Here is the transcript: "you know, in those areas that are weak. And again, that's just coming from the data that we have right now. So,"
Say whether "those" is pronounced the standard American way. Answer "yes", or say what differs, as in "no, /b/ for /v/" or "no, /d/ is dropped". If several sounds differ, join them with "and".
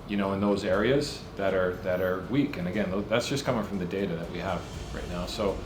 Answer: yes